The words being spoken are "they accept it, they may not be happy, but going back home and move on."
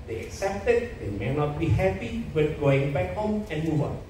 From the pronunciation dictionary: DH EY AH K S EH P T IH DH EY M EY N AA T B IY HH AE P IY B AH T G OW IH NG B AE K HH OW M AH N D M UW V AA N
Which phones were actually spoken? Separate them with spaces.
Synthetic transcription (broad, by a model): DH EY AH K S EH P T IH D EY M EY N AA T B IY HH AE P IY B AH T G OW IH NG B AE K HH OW M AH N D M UW V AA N